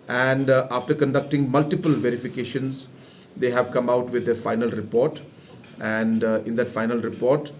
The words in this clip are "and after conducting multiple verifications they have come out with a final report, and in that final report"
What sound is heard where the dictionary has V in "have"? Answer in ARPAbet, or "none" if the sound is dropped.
V